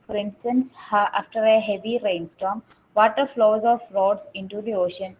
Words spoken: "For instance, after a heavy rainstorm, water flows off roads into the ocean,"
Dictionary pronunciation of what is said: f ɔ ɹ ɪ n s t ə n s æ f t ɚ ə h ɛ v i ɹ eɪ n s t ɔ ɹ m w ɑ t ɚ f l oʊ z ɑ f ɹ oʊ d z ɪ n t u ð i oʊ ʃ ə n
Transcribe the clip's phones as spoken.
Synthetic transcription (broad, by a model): f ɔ ɹ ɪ n s t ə n s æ f t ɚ ə h ɛ v i ɹ eɪ n s t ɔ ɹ m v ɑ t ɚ f l oʊ z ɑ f ɹ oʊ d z ɪ n t u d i oʊ ʃ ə n